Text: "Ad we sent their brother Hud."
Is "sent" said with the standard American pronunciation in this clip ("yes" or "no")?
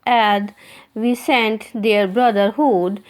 yes